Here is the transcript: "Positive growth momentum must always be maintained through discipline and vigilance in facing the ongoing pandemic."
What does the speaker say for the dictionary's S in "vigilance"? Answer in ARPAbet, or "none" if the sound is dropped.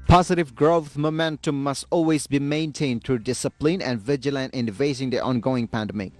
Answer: none